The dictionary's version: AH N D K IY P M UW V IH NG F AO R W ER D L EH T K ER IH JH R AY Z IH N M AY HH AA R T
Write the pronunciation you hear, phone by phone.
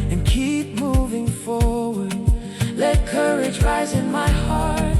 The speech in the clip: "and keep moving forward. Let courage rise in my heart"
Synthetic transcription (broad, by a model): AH N K IY P M UW V IH NG F AO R W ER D L EH T K ER IH JH R AY Z IH N M AY HH AA R T